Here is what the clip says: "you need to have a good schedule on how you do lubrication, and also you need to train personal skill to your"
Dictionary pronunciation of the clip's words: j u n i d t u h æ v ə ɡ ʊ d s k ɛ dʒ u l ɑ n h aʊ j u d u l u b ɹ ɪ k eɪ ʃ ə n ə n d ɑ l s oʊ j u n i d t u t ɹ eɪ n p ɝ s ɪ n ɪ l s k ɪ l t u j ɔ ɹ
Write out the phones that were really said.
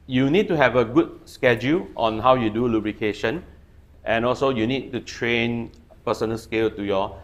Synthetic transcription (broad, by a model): j u n i d t u h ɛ v ə ɡ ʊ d s k ɛ dʒ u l ɑ n h aʊ j u d u l u b ɹ ɪ k eɪ ʃ ə n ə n ɑ l s oʊ j u n i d t u t ɹ eɪ n p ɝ s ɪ n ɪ l s k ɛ l t u j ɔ